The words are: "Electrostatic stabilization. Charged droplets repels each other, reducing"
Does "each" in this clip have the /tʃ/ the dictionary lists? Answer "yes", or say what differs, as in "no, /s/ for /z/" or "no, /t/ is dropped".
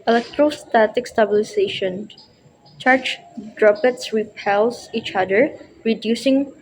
yes